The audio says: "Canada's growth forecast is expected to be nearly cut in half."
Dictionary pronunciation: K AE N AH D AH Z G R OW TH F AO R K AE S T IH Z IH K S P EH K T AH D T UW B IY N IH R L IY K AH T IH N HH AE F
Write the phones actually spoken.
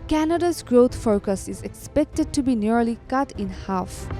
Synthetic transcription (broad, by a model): K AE N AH D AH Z G R OW T F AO K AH S IH Z IH K S P EH K T AH D T UW B IY N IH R L IY K AH T IH N HH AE F